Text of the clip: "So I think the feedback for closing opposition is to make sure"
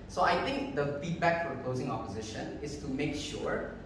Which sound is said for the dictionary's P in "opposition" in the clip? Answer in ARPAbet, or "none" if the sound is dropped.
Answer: P